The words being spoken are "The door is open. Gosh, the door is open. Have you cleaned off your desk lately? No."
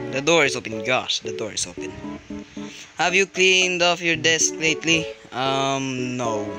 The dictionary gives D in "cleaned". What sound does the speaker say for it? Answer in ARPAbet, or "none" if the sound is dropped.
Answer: D